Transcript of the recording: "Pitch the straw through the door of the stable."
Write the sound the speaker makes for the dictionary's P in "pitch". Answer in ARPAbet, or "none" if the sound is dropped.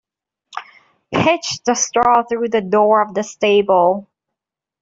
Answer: P